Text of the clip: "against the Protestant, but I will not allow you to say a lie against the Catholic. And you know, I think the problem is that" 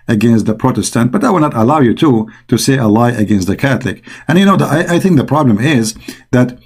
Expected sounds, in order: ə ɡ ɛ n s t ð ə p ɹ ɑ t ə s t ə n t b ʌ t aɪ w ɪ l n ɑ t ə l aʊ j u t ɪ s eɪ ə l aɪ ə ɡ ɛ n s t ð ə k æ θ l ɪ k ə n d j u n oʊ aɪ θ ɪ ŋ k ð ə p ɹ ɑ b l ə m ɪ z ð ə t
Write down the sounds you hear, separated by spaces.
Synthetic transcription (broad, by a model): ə ɡ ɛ n s t ð ə p ɹ ɑ t ə s t ə n t b ʌ t aɪ w ɪ l n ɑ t ə l aʊ j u t ɪ s eɪ ə l aɪ ə ɡ ɛ n s t ð ə k æ θ l ɪ k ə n j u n oʊ aɪ θ ɪ ŋ k ð ə p ɹ ɑ b l ə m ɪ z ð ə t